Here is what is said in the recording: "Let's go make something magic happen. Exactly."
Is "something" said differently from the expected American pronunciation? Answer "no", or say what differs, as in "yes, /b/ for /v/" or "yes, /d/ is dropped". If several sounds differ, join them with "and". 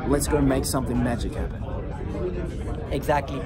no